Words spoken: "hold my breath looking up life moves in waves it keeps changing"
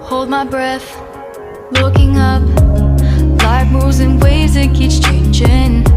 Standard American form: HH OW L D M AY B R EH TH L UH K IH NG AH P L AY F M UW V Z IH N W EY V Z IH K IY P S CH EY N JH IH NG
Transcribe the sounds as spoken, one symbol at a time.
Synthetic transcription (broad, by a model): HH OW L D M AY B R EH TH L UH K IH NG AH P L AY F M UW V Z IH N W EY Z IH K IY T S CH EY N JH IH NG